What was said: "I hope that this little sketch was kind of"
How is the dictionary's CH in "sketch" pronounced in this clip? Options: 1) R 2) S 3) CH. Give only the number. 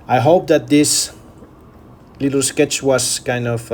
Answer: 3